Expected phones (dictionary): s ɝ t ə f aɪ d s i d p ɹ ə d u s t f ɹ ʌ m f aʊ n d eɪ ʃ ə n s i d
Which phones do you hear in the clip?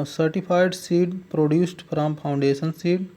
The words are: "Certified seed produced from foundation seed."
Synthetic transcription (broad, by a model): s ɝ t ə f aɪ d s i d p ɹ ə d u s t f ɹ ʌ m p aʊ n d eɪ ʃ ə n s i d